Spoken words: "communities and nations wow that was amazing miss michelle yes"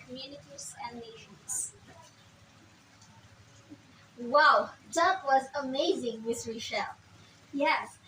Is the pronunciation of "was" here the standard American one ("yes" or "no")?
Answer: yes